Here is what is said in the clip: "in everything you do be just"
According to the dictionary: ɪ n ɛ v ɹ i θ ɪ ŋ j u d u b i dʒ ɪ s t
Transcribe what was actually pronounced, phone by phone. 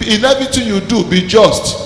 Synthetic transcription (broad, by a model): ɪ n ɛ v i t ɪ j u d u b i dʒ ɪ s t